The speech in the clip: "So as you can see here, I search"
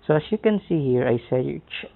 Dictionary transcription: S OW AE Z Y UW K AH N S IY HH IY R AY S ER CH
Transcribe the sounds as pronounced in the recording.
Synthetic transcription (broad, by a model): S OW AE S Y UW K AH N S IY HH IY R AY S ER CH